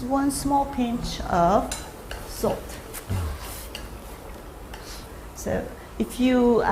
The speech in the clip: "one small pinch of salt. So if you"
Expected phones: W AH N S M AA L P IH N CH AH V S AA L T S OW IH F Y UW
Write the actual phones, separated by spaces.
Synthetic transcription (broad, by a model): W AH N S M AA L P IH N CH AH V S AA L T S OW IH F Y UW